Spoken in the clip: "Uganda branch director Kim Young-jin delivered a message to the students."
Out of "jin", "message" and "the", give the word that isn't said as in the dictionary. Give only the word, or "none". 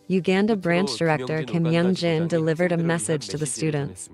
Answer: none